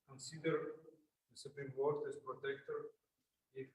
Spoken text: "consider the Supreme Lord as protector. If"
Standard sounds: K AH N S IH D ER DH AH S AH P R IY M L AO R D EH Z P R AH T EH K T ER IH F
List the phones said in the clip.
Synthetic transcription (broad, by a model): K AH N S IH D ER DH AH S AH P R IY M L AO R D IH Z P R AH T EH K T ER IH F